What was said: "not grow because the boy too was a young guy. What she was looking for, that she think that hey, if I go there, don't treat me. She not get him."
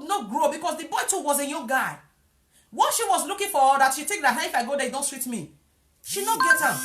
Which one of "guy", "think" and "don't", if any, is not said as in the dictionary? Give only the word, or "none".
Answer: think